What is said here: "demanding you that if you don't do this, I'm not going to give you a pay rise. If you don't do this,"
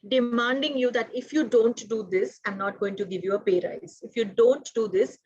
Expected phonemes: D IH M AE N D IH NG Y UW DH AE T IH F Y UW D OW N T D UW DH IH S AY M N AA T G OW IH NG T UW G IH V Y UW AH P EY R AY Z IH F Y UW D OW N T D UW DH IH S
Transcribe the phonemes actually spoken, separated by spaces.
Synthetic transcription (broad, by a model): D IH M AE N D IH NG Y UW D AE T IH F Y UW D OW N T D UW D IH S AY M N AA T G OW IH NG T UW G IH V Y UW AH P EY R AY Z IH F Y UW D OW N T D UW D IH S